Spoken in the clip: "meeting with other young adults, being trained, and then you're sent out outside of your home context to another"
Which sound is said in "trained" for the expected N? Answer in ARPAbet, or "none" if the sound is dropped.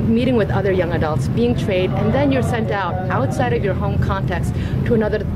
none